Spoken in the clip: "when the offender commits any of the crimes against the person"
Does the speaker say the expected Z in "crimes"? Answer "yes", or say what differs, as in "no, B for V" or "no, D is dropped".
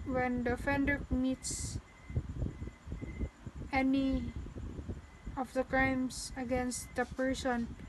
no, S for Z